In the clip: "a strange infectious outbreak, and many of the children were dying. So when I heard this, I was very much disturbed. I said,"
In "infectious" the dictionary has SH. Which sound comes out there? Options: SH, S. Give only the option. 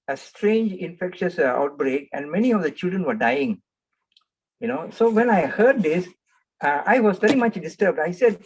SH